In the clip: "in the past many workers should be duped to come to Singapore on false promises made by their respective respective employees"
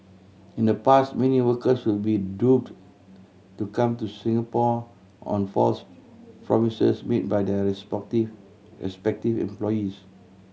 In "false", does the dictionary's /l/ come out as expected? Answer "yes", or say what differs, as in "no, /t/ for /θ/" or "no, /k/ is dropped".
yes